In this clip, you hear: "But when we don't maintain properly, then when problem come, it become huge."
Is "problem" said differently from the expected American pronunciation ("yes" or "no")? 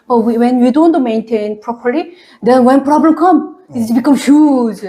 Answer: no